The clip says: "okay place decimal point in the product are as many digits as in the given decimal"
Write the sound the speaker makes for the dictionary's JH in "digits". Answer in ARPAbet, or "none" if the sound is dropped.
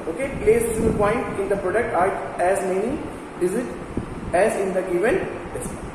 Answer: Z